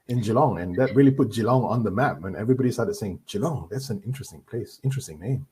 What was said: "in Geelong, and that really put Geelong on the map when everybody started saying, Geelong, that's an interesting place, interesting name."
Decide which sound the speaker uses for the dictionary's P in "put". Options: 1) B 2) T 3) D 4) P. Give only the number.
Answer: 4